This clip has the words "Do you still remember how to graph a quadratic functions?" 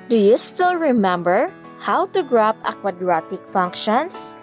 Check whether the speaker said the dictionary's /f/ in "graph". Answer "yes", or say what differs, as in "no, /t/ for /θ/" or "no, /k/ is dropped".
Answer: no, /p/ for /f/